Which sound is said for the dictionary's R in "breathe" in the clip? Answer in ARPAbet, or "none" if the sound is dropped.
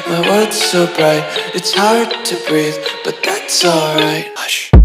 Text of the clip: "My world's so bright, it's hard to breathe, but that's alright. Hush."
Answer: R